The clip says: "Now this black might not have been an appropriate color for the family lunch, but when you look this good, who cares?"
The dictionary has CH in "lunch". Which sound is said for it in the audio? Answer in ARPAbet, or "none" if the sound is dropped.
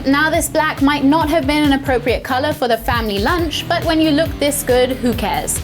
CH